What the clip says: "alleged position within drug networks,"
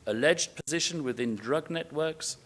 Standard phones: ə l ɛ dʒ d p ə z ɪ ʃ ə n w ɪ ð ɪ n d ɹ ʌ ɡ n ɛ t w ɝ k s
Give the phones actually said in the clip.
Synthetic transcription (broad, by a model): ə l ɛ dʒ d p ə z ɪ ʃ ə n w ɪ ð ɪ n d ɹ ʌ ɡ n ɛ t w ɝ k s